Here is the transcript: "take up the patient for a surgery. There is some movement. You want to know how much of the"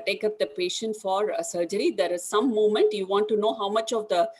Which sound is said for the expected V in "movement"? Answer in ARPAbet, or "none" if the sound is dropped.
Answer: none